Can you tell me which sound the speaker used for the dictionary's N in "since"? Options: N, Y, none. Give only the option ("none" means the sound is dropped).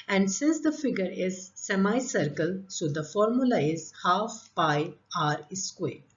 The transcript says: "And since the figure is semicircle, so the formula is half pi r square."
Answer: N